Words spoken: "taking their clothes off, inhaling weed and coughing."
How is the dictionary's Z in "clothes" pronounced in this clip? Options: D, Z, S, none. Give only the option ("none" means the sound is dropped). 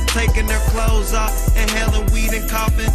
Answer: Z